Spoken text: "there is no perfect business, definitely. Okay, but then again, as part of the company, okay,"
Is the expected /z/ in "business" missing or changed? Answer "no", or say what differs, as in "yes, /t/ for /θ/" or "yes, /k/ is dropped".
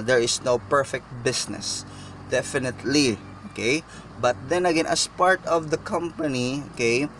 yes, /s/ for /z/